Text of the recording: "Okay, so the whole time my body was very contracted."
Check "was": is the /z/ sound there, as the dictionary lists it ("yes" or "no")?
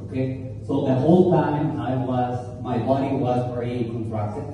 yes